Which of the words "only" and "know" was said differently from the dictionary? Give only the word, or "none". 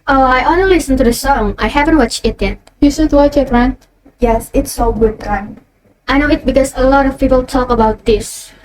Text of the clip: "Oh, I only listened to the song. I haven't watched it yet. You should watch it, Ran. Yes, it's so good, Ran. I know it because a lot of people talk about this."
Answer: only